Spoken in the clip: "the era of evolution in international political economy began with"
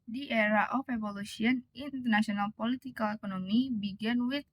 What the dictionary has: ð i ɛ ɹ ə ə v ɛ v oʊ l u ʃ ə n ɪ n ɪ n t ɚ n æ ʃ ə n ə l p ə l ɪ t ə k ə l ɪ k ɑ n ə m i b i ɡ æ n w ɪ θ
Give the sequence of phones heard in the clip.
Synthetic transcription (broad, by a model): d i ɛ ɹ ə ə f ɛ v oʊ l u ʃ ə ɪ n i n t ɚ n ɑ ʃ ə n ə l p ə l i t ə k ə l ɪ k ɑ n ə m i b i ɡ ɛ n w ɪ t